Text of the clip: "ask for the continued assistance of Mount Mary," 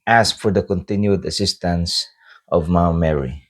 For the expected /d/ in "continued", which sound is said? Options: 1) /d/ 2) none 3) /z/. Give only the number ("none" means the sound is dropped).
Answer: 1